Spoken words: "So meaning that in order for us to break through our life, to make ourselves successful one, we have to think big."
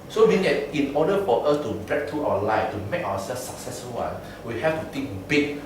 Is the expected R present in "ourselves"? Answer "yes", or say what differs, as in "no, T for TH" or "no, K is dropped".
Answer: no, W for R